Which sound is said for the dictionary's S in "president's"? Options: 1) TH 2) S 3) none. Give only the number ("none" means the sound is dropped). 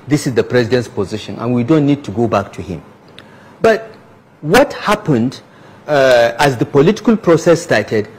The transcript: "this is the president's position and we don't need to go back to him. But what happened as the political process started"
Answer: 2